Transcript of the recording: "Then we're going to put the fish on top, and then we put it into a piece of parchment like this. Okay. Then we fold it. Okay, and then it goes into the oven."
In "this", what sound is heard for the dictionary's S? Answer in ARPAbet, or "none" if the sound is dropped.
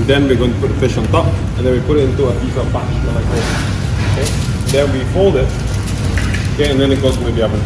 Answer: none